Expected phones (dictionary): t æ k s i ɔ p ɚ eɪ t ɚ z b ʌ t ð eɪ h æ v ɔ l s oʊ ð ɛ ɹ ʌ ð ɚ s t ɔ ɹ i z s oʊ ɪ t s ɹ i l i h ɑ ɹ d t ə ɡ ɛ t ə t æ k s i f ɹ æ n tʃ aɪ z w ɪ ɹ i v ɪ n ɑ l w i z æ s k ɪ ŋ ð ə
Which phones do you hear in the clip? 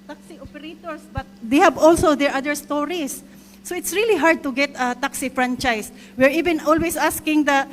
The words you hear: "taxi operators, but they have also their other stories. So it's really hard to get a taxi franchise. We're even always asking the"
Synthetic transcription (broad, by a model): t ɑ k s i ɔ p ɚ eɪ t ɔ s b ʌ t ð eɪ h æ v ɔ l s oʊ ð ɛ ɹ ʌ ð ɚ s t ɔ ɹ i s oʊ ɪ t s ɹ i l i h ɑ ɹ d t ə ɡ ɛ t ə t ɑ k s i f ɹ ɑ n tʃ aɪ s w ɪ ɹ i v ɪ n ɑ l w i s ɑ s k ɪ ŋ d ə